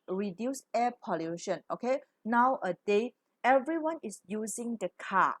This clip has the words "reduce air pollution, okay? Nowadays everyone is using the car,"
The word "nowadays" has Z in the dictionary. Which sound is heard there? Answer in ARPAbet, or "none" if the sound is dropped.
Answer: none